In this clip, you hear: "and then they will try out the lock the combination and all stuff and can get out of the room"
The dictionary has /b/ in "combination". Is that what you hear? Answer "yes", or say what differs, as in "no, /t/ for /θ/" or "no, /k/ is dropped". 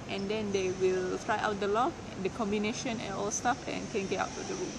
yes